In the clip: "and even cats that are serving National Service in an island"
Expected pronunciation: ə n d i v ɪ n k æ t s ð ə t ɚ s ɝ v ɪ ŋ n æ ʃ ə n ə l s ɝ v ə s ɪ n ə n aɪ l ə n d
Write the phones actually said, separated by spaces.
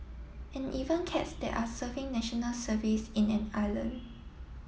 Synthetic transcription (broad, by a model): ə n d i v ɪ n k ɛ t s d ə t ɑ s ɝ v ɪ ŋ n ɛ ʃ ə n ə l s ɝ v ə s ɪ n ə n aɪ l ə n